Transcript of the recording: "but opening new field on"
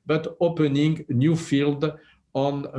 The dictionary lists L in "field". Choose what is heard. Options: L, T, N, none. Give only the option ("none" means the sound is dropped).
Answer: L